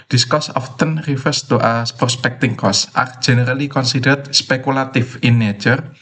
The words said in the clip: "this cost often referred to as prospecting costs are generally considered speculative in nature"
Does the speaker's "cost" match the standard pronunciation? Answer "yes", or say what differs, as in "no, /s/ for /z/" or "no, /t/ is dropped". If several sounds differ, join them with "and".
no, /t/ is dropped